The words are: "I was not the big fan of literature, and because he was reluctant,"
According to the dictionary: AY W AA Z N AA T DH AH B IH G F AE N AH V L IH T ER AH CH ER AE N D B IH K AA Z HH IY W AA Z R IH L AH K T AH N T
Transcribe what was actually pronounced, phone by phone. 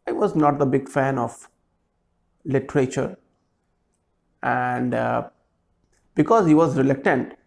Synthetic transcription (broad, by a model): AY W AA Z N AA T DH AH B IH G F AE N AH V L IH T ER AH CH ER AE N D B IH K AA Z HH IY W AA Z R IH L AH K T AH N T